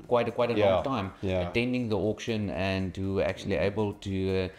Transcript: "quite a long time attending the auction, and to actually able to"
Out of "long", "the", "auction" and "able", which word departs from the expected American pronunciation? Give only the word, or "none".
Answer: long